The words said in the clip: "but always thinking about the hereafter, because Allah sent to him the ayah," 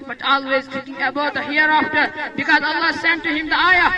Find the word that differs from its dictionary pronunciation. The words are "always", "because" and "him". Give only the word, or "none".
none